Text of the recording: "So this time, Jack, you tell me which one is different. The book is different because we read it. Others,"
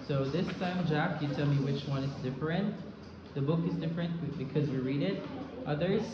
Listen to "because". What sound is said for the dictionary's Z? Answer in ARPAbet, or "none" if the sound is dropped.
Z